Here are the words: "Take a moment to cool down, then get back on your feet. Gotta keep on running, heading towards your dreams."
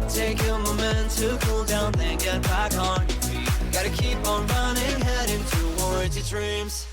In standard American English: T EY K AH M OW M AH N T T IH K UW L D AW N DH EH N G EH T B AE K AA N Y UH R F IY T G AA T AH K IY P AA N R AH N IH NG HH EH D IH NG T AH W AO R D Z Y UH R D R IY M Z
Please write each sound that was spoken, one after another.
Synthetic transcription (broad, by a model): T EY K AH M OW M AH N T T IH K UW L D AW N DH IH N G EH T B AE K AA N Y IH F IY G AA T AH K IY P N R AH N IH NG HH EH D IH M T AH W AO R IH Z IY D R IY M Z